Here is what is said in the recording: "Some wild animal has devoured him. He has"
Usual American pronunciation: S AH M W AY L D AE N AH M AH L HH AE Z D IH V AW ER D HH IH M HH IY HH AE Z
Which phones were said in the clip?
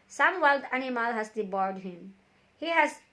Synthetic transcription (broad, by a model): S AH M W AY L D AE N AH M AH L HH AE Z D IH B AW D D HH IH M HH IY HH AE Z